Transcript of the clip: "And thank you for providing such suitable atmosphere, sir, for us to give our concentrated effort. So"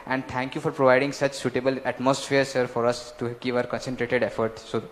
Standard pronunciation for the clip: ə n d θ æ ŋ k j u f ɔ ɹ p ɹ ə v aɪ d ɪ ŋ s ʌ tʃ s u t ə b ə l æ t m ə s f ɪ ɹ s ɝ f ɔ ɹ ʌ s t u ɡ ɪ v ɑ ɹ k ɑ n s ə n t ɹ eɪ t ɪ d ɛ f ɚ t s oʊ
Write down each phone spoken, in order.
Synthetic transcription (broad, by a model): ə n d t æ ŋ k j u f ɔ ɹ p ɹ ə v aɪ d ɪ ŋ s ʌ tʃ s u t ə b ə l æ t m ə s f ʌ ɹ s ɝ f ɔ ɹ ʌ s t u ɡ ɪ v ɑ ɹ k ɑ n s ə n t ɹ eɪ t ɪ d ɛ f ɚ t s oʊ